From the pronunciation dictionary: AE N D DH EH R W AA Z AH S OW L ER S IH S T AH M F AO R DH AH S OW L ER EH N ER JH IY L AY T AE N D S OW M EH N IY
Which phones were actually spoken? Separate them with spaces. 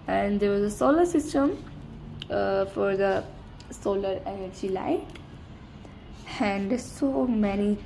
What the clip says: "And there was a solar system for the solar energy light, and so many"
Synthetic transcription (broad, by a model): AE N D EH R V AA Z AH S OW L ER S IH S T AH M F AO R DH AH S OW L ER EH N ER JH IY L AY AE N D S OW M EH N IY